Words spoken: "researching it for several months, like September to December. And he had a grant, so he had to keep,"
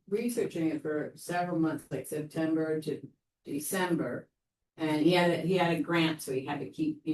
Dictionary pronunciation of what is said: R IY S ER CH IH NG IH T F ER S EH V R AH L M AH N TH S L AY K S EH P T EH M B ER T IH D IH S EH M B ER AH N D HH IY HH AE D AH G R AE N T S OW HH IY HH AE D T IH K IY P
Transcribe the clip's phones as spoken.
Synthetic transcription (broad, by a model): R IY S ER CH IH NG IH T F ER S EH V R L M AH N TH S L AY K S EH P T EH M B ER T IH D IH S EH M B ER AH N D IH IY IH D AH G R AE N T S OW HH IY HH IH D T IH K IY P